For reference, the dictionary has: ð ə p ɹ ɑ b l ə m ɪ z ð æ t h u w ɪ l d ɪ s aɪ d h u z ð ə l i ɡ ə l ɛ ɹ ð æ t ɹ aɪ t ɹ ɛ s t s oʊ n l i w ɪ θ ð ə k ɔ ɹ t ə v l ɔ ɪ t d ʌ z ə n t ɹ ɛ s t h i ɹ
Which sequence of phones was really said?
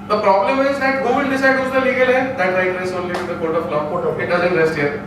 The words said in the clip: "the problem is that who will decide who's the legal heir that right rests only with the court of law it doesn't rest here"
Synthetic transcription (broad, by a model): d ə p ɹ ɑ b l ə m ɪ z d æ t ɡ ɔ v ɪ n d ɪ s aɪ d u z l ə l i ɡ ə l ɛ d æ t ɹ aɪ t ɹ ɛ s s oʊ n l i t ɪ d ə k ɔ ɹ t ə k l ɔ ɪ t d ʌ z ə n t ɹ ɛ s t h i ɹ